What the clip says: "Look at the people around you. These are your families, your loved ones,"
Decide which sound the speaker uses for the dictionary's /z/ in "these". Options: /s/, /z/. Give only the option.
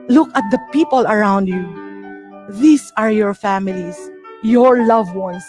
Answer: /s/